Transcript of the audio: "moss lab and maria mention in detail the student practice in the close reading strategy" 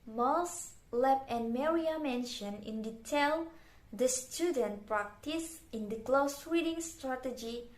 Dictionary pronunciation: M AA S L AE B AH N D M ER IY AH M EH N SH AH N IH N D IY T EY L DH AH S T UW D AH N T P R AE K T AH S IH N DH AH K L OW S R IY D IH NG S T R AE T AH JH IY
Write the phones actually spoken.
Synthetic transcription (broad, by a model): M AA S L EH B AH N M ER IY AH M EH N SH AH N IH N D IY T EY L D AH S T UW D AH N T P R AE K T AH S IH N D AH K L OW S W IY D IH NG S T R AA T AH JH IY